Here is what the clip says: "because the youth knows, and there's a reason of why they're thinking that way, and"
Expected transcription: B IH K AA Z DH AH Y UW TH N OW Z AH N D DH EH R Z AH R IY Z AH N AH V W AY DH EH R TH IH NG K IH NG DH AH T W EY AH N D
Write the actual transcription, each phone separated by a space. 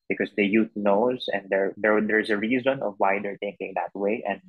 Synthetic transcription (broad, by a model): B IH K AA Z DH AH Y UW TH N OW Z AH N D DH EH R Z AH R IY Z AH N AH V W AY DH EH R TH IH NG K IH NG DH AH T W EY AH N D